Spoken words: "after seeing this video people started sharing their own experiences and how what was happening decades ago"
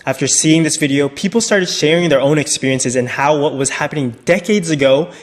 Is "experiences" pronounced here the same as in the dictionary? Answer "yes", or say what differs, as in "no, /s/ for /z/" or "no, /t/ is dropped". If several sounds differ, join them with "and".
yes